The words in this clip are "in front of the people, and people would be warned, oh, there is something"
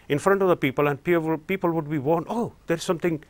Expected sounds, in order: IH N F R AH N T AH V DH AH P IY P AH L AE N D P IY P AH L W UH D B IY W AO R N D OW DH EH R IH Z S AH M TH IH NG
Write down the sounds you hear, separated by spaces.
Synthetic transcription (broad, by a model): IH N F R AH N T AH V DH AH P IY P AH L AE N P P IY P AH L W UH D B IY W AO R N OW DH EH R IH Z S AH M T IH NG